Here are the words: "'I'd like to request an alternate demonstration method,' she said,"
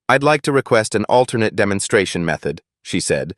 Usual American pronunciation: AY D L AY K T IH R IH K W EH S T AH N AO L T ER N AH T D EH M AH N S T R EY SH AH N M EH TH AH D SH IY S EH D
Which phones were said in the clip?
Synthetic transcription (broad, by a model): AY D L AY K T IH R IH K W EH S T AH N AO L T ER N AH T D EH M AH N S T R EY SH AH N M EH TH AH D SH IY S EH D